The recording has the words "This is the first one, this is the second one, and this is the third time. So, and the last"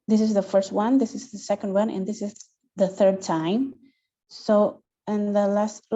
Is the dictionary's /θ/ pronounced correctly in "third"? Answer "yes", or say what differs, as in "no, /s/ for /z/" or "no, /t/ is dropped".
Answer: yes